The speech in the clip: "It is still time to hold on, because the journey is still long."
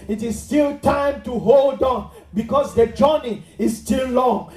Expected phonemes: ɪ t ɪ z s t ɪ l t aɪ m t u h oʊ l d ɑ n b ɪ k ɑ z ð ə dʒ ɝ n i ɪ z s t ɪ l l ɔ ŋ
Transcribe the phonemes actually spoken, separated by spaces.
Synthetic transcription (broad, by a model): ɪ t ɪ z s t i l t aɪ m t u h oʊ l d ɑ n b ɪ k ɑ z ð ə dʒ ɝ n i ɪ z s t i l l ɔ ŋ